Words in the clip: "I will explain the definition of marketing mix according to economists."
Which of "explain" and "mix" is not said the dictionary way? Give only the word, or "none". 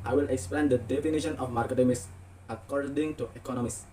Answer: mix